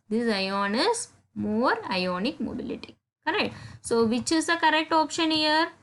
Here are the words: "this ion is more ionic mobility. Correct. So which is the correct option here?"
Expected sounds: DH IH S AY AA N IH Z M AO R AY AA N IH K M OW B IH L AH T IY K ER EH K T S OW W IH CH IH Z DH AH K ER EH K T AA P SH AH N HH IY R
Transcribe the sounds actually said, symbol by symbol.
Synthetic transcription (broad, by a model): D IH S AY AA N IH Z M AO R AY AA N IH K M OW B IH L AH T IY K ER EH K T S OW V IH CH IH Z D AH K ER EH K T AA P SH AH N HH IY R